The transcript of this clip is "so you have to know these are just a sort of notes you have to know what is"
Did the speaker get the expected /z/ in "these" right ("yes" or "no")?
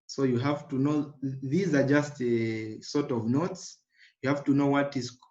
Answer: yes